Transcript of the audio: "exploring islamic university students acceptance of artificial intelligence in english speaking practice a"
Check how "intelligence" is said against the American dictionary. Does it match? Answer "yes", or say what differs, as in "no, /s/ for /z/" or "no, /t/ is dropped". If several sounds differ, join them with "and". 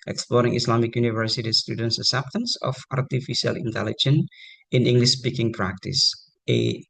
no, /s/ is dropped